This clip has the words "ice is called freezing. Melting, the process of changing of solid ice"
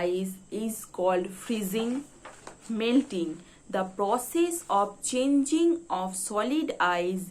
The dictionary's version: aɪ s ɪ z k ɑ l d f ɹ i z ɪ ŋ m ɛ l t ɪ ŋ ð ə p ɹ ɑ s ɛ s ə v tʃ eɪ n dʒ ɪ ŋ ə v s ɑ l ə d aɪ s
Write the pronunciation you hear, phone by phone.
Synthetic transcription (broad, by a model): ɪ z ɪ z k ɑ l d f ɹ i z ɪ ŋ m ɛ l t ɪ ŋ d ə p ɹ ɑ s ɛ s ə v tʃ eɪ n dʒ ɪ ŋ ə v s ɑ l ə d aɪ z